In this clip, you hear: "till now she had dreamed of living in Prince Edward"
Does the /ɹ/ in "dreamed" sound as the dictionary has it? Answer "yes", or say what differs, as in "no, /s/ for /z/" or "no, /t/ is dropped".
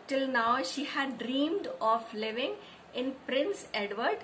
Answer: yes